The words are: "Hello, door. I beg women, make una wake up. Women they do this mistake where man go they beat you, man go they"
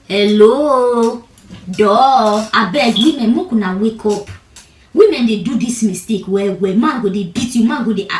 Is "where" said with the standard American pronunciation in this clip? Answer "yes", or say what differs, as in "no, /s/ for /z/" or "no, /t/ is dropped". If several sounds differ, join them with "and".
no, /w/ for /ɹ/